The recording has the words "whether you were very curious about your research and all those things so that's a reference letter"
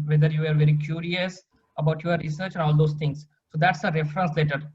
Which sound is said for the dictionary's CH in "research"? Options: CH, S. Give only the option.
CH